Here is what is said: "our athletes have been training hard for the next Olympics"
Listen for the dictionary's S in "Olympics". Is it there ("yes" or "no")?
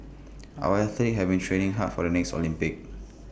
no